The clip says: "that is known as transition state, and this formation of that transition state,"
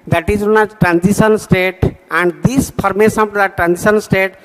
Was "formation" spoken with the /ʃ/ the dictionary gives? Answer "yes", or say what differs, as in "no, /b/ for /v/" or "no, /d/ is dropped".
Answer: no, /s/ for /ʃ/